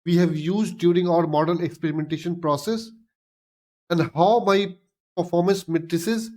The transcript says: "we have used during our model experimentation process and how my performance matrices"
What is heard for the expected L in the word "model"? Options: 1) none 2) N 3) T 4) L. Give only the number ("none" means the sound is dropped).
2